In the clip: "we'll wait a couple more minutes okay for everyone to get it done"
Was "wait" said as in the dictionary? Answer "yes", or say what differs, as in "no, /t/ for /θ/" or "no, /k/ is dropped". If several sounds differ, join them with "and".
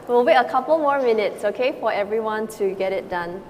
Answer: no, /t/ is dropped